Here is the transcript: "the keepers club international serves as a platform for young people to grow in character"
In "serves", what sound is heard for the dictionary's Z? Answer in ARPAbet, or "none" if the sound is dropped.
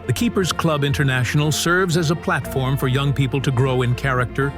Z